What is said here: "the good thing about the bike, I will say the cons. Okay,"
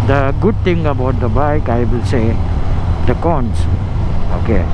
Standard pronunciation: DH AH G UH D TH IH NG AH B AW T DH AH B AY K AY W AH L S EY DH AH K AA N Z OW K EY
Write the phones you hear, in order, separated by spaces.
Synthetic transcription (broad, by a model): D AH G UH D T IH NG AH B AW T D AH B AY K AY W AH L S EY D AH K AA N S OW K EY